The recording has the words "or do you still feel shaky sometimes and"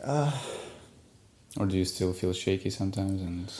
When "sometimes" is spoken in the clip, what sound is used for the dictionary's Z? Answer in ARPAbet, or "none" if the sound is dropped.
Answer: Z